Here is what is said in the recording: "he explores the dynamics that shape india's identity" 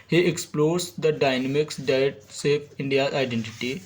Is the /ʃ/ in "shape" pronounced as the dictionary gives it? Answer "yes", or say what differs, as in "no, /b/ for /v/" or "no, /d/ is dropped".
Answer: no, /s/ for /ʃ/